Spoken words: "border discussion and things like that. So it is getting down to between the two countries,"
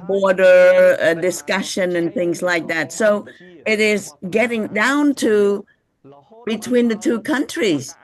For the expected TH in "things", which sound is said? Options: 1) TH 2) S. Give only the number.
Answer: 1